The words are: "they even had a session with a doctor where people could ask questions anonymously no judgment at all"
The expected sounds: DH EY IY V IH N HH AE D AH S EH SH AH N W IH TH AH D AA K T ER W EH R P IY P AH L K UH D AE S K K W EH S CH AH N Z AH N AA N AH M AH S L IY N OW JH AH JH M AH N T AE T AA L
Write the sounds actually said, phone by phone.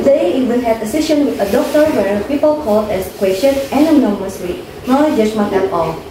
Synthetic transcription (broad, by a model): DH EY IY V IH N HH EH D AH S EH SH AH N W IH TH AH D AA K T ER W EH R P IY P AH L K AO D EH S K K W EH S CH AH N AH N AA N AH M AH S W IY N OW JH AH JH M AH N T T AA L